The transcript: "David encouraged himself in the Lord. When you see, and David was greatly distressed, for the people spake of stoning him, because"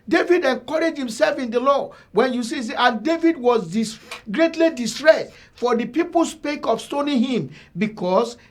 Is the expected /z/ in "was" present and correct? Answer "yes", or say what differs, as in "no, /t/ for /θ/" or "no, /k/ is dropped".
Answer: no, /s/ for /z/